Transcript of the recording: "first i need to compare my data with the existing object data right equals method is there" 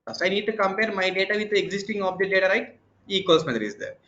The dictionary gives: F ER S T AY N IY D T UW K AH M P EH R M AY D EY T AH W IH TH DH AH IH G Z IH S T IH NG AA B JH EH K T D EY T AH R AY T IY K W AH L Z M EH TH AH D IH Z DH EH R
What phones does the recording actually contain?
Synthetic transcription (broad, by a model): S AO AY N IY D T UW K AH M P EH R M AY D EY T AH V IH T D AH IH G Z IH S T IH NG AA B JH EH T D EY T AH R AY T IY K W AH L S M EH T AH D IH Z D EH R